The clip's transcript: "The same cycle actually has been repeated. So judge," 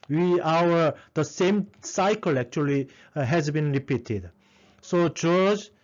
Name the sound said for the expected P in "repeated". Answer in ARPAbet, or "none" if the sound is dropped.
P